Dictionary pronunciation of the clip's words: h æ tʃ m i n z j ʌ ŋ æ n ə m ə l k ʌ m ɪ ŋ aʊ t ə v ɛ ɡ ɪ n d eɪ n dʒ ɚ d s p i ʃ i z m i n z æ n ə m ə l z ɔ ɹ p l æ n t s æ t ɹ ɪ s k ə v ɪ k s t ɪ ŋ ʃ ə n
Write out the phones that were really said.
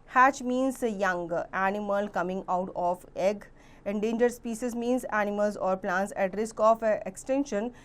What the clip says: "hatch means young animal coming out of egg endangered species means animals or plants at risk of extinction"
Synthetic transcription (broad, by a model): h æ tʃ m i n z j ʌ ŋ æ n ə m ə l k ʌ m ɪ ŋ aʊ t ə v ɛ ɡ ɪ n d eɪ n dʒ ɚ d s p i s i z m i n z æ n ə m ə l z ɔ ɹ p l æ n t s æ t ɹ ɪ s k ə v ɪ k s t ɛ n ʃ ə n